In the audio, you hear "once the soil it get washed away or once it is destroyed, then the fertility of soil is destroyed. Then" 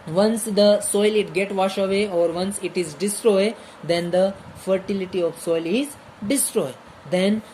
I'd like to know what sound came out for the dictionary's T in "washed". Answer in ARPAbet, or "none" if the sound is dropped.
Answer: none